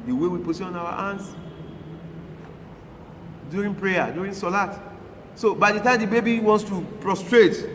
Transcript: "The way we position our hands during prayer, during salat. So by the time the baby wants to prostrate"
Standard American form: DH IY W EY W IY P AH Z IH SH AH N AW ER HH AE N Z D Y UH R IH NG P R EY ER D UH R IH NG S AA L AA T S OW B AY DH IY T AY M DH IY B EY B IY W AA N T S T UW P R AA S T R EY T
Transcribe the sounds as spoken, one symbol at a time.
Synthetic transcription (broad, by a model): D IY W EY W IY P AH S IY AH N AW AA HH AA N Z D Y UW R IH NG P R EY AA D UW R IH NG S AA L AA T S OW B AY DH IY T AY M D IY B EY B IY W AA N T S T UW P R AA S T R EY T